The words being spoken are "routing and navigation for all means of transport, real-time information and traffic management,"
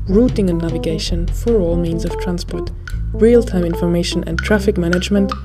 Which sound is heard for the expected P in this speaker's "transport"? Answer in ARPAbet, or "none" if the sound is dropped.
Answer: P